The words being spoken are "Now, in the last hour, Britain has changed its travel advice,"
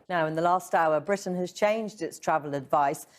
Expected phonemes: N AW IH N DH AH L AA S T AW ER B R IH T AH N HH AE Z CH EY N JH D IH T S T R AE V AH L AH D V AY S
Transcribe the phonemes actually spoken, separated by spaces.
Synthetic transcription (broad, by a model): N AW IH N DH AH L AA S T AW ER B R IH T N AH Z CH EY N JH D IH T S T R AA V AH L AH D V AY S